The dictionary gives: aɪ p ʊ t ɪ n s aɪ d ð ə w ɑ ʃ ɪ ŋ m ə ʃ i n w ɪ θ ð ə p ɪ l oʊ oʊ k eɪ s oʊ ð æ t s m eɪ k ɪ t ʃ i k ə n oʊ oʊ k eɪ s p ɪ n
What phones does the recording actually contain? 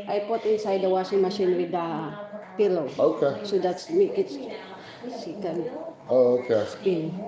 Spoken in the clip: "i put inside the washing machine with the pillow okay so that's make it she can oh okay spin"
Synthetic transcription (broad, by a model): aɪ p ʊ t ɪ n s aɪ d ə w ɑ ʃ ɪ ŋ m ə ʃ i n w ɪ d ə p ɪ l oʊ oʊ k eɪ s oʊ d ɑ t s m eɪ k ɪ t s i k ə n oʊ oʊ k eɪ s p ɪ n